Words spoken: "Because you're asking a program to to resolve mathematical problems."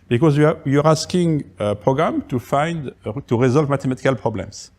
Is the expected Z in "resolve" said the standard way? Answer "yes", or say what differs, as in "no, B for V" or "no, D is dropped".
yes